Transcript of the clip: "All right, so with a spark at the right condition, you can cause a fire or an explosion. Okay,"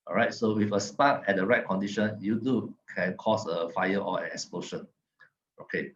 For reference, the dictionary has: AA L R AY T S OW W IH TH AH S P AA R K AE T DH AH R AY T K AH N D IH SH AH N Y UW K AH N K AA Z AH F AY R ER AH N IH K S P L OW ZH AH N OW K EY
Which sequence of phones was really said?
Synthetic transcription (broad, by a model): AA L R AY T S OW W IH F AH S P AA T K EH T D AH R AY T K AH N D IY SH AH N Y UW K AH N K AA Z AH F AY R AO AH N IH K S P L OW SH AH N OW K EY